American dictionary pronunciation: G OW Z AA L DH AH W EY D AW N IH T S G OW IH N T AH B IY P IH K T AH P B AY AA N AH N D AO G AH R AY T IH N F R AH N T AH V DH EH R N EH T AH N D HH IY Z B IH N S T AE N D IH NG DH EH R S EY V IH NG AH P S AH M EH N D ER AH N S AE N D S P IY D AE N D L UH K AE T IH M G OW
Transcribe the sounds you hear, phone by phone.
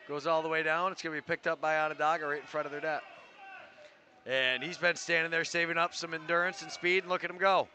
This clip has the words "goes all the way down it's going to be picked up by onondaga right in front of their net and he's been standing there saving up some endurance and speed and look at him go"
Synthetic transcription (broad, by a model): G OW Z AA L DH AH W EY D AW N IH T S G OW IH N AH B IY P IH K T AH P B AY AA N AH D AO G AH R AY IH N F R AH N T AH V DH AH R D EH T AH N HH IY Z B IH N S T AE N D IH NG DH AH R S EY V IH NG AH P S AH M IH N D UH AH N S N S P IY D N L UH K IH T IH M G OW